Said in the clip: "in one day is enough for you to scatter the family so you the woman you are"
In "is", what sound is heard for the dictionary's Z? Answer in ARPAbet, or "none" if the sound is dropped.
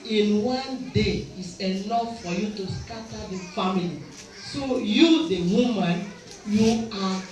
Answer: S